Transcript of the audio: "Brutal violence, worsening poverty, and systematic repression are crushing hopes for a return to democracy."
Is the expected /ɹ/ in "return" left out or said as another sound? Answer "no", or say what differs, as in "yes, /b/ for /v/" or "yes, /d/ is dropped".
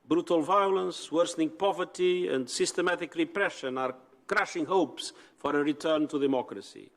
no